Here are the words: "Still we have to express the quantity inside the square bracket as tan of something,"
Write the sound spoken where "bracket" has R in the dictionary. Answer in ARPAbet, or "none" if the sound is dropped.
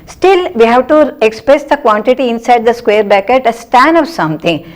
none